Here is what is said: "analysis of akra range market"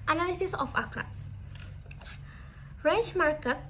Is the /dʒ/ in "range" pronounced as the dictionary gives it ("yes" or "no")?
no